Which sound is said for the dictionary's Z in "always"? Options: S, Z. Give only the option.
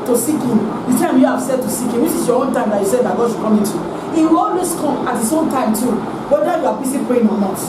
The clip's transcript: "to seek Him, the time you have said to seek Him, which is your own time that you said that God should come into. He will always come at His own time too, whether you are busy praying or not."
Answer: S